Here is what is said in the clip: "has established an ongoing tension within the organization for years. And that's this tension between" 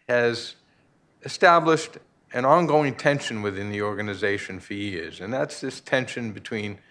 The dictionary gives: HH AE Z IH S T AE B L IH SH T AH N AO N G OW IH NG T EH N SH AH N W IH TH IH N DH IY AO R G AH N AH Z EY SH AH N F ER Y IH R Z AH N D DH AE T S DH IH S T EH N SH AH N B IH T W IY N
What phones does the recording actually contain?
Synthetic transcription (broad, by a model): HH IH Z IH S T AE B L IH SH T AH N AO N G OW IH NG T EH N SH AH N W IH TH IH N DH IY AO R G AH N AH Z EY SH AH N F ER Y IH R Z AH N DH AE T S DH IH S T EH N SH AH N B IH T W IY N